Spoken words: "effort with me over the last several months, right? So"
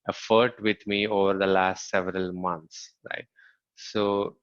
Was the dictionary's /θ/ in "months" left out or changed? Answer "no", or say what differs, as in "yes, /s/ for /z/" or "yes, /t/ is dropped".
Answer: yes, /t/ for /θ/